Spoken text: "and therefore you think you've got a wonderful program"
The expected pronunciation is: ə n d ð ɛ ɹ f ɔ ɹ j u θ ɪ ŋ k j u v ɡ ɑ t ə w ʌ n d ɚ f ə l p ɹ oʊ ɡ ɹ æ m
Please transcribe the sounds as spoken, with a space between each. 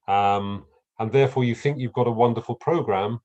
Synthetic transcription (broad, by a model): ə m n ð ɛ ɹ f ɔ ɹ j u θ ɪ ŋ k j u v ɡ ɑ t ə w ʌ n d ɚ f ə l p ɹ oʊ ɡ ɹ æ m